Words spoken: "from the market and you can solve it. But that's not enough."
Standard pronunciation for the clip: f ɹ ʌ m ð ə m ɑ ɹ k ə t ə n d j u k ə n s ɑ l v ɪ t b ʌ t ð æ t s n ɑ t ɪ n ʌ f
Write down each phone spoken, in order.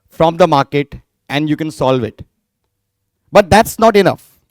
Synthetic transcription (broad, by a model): f ɹ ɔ m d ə m ɑ ɹ k ə t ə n d j u k ə n s ɑ l v ɪ t b ʌ t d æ t s n ɑ t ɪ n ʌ f